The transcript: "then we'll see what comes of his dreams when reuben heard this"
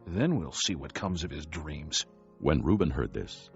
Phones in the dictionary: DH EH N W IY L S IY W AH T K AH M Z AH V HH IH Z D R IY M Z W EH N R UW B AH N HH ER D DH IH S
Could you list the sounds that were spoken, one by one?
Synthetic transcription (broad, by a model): DH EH N W IY L S IY W AH T K AH M Z AH V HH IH Z D R IY M Z W EH N R UW B AH N HH ER D DH IH S